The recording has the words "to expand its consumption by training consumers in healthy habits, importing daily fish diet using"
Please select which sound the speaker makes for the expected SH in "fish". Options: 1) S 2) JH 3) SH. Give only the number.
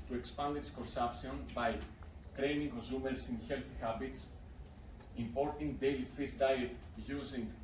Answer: 1